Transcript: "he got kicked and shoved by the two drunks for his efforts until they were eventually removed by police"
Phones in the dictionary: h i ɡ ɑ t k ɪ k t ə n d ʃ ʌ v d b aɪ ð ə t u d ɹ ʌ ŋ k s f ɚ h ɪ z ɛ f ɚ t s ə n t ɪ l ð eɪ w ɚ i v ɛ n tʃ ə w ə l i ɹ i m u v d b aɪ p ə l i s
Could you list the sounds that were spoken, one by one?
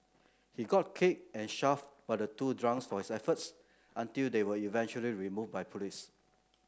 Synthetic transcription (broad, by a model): h i ɡ ɑ t k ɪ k ə n ʃ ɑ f b aɪ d ə t u d ɹ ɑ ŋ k s f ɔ h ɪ s ɛ f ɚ t s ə n t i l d eɪ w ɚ i v ɛ n tʃ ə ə l i ɹ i m u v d b aɪ p ə l i s